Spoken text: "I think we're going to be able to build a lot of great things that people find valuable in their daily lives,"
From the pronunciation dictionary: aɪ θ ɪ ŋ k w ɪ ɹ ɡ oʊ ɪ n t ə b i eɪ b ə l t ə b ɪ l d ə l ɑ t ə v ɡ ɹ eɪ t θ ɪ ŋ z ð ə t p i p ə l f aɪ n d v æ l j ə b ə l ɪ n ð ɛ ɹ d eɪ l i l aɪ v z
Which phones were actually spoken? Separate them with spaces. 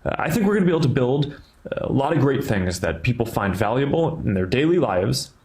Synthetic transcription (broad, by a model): aɪ θ ɪ ŋ k w ɪ ɹ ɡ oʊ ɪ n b i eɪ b l t ə b ɪ l d ə l ɑ t ə v ɡ ɹ eɪ t θ ɪ ŋ z ð ə t p i p l f aɪ n d v æ l j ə b l ɪ n ð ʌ ɹ d eɪ l i l aɪ v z